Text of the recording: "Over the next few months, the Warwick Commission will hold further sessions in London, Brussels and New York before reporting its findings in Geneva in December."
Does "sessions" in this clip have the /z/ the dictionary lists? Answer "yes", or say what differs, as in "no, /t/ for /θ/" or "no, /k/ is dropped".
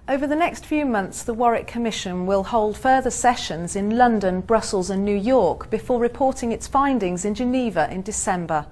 yes